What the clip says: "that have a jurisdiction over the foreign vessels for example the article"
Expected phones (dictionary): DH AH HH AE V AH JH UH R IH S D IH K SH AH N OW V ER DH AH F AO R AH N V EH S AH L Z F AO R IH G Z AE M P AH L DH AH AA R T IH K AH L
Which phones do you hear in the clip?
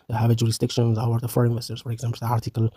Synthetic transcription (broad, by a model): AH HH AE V AH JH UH R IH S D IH K SH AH N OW W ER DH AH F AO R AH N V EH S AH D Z F AO R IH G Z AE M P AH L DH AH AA R T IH K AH L